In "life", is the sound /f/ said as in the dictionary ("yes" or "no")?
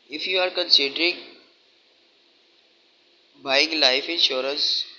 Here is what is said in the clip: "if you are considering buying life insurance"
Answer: yes